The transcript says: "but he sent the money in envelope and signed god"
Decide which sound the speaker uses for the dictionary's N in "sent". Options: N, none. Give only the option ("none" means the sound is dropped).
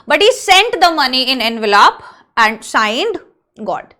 N